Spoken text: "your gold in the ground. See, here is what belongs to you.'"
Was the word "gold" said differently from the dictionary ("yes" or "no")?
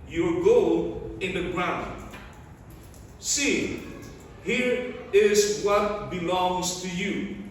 yes